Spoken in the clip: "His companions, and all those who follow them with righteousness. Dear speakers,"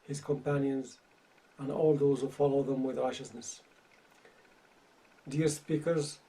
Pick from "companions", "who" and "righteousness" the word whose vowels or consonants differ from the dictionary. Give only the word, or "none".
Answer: none